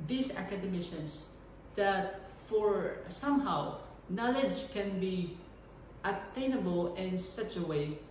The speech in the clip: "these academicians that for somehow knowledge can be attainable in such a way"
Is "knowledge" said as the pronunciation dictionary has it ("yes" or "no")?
yes